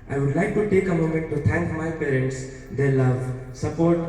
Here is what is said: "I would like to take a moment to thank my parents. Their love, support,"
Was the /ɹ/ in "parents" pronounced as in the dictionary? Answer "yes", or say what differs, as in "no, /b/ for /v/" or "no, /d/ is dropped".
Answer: yes